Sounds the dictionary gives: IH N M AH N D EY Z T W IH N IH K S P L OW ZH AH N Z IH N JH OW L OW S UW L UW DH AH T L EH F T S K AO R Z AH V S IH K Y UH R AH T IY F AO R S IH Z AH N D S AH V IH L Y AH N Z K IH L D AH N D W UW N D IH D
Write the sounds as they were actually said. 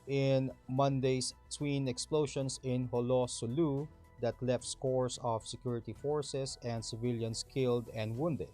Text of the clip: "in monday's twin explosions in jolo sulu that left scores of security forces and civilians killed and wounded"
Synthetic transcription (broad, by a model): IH N M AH N D EY S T W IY N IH K S P L OW SH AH N S IH N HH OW L OW S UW L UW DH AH T L EH F T S K AO R S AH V S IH K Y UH R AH T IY F AO R S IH S AH N D S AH V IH L Y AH N S K IH L D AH N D W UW N D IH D